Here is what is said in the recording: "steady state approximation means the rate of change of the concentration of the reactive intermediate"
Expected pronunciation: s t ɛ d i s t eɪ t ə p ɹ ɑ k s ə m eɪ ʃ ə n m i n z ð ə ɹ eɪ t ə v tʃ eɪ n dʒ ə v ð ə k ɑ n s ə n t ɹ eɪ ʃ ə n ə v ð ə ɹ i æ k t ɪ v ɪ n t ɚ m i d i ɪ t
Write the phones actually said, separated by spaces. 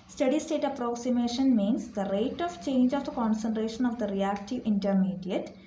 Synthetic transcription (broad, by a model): s t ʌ d i s t eɪ t ə p ɹ ɑ k s ə m eɪ ʃ ə n m i n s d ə ɹ eɪ t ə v tʃ eɪ n dʒ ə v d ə k ɑ n s ə n t ɹ eɪ ʃ ə n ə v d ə ɹ i æ k t ɪ v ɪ n t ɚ m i d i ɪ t